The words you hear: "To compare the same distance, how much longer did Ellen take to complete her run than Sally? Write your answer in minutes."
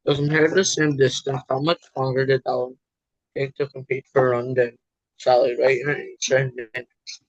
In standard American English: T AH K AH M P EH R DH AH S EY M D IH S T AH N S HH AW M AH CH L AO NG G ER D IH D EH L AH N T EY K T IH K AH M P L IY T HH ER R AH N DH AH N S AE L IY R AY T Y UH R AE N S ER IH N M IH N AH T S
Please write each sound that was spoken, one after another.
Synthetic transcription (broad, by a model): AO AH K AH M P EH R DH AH S EY M D IH S T AH N S HH AW M AH CH L AO NG G ER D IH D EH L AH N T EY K T IH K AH M P IY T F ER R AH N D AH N S AE L IY R AY T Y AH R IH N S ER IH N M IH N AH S